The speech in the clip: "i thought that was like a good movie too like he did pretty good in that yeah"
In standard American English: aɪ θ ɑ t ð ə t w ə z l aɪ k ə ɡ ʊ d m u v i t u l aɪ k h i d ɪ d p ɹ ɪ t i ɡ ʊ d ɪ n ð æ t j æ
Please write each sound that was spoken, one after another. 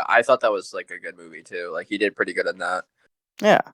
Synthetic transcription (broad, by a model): aɪ θ ɑ t ð ə t w ə z l aɪ k ə ɡ ʊ d m u v i t u l aɪ k h i d ɪ d p ɹ ɪ t i ɡ ʊ d ɪ n ð æ t j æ